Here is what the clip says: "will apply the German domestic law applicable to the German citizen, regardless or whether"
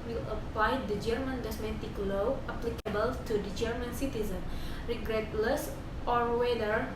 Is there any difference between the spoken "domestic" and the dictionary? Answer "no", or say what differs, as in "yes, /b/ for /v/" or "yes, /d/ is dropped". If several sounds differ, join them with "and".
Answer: yes, /s/ is dropped